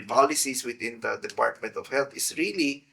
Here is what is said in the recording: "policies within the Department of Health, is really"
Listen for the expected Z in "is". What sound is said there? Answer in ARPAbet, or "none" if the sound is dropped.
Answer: S